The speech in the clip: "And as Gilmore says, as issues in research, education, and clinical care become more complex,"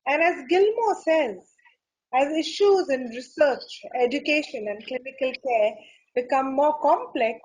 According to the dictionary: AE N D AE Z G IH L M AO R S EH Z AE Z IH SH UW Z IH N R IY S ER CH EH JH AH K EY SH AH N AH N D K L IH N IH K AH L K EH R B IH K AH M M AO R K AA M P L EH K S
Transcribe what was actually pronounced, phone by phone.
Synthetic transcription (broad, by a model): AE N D AE Z G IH L M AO S EH Z AE Z IH SH UW Z IH N R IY S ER CH EH JH AH K EY SH AH N AH N D K L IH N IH K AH L K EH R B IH K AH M M AO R K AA M P L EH K S